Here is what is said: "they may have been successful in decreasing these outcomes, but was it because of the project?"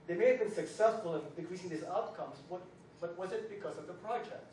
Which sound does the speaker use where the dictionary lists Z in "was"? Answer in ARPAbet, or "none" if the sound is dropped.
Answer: Z